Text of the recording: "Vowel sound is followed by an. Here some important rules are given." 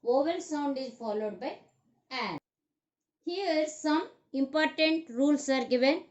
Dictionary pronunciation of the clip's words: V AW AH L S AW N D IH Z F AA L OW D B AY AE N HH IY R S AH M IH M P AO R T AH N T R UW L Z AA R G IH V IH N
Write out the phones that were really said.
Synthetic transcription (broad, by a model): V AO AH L S AW N D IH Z F AA L OW D B AY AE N HH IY R S AH M IH M P AO R T AH N T R UW L S AA R G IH V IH N